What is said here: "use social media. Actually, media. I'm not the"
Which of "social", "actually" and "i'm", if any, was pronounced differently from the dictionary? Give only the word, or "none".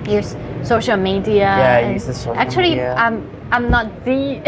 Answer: actually